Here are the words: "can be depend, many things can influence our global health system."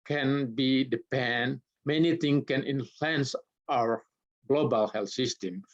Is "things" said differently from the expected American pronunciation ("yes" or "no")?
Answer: yes